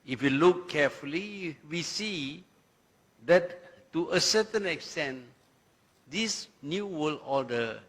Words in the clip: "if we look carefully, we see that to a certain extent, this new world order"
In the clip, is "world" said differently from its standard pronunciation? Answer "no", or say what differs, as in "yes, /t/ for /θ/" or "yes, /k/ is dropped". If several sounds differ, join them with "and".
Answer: yes, /d/ is dropped